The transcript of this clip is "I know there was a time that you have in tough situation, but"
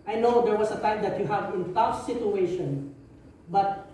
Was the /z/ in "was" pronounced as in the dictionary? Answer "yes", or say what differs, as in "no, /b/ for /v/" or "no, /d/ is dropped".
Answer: no, /s/ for /z/